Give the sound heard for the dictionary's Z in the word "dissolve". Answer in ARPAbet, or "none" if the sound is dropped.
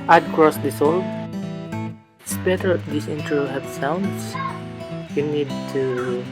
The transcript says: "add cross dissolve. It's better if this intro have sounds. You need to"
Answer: S